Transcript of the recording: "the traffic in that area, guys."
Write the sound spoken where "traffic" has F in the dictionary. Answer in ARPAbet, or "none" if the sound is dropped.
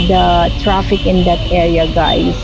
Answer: F